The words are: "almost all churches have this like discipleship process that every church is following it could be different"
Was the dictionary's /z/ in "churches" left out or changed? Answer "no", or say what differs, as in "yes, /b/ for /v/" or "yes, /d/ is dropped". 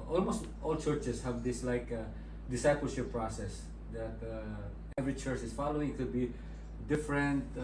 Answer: yes, /s/ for /z/